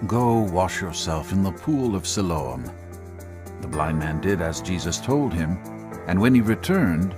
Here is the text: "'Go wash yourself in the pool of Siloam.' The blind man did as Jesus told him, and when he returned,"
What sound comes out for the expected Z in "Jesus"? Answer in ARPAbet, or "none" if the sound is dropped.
Z